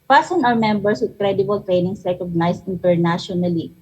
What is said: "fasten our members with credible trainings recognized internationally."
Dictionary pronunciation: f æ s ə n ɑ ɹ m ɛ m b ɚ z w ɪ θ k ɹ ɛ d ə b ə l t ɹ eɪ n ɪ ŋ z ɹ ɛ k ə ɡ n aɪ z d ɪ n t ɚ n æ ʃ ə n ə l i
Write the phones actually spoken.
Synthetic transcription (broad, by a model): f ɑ s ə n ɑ w m ɛ m b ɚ s w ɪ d k ɹ ɛ d ə b ə l t ɹ eɪ n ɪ ŋ s ɹ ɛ k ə ɡ n aɪ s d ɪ n t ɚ n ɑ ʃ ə n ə l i